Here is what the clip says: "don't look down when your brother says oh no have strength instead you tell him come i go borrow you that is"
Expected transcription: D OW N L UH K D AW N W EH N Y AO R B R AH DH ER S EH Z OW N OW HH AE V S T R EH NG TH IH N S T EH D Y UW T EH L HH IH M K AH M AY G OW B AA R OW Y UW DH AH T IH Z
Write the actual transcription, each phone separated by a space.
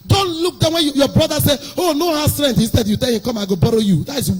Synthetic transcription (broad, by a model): D OW N L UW K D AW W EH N Y AO B R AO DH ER S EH OW N OW HH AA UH S T R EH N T IH N S T EH D Y UW T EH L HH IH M K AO M AY G OW B AA R OW Y UW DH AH T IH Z